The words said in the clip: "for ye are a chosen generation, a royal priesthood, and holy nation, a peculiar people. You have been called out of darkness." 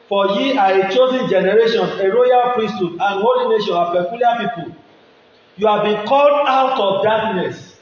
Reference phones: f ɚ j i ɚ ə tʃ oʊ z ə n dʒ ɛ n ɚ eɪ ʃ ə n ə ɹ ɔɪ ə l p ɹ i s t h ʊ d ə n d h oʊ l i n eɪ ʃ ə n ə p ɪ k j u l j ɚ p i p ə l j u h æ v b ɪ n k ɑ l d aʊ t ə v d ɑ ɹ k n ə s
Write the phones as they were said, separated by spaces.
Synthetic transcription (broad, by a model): f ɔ j i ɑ ə tʃ oʊ z ə n dʒ ɛ n ɚ eɪ ʃ ə n ə ɹ ɔɪ ə l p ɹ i s t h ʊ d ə n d h oʊ l i n eɪ ʃ ə n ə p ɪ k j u l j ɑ p i p ə l j u h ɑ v b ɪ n k ɑ l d aʊ t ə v d ɑ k n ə s